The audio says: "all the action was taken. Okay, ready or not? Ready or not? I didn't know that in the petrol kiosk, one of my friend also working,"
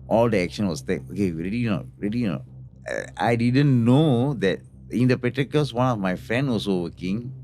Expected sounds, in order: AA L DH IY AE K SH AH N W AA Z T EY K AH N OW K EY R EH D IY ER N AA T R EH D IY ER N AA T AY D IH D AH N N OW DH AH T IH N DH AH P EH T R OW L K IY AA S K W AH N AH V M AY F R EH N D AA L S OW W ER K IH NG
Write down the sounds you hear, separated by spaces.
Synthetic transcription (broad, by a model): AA L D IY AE K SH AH N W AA S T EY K OW K EY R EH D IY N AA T R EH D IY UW N AA T AY D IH D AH N N OW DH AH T IH N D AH P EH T OW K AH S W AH N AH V M AY F R EH N D AA L S OW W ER K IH NG